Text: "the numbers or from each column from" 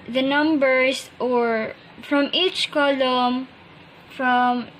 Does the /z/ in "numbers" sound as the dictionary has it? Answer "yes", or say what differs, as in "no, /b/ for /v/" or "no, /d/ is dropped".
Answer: no, /s/ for /z/